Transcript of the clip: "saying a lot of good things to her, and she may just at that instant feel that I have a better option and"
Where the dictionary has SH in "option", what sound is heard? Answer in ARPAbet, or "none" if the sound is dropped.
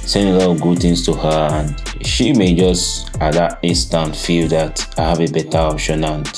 SH